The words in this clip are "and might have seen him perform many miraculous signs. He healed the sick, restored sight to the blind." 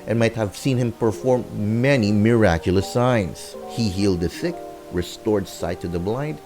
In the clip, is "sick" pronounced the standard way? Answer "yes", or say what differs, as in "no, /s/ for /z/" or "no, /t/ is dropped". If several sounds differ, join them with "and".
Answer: no, /θ/ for /s/